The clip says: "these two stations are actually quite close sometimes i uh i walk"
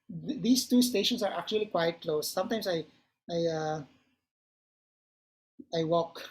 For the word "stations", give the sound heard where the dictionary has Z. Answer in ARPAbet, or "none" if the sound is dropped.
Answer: S